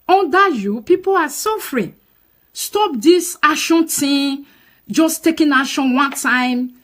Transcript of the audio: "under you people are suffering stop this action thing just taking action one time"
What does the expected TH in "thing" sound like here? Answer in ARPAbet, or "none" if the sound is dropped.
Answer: T